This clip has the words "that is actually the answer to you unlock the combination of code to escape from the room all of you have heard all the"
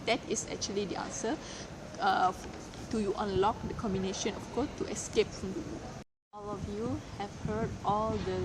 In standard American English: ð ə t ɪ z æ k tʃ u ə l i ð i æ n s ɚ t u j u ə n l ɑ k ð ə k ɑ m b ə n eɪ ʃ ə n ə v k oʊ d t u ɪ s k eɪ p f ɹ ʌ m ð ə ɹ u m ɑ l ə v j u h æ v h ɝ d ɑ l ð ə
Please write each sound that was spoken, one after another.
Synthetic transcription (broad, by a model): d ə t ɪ s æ k tʃ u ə l i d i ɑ n s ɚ t u j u ə n l ɑ k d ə k ɑ m b ə n eɪ ʃ ə n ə f k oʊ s t u ɪ s k eɪ p f ɹ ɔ m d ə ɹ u ɑ l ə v j u h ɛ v h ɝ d ɑ l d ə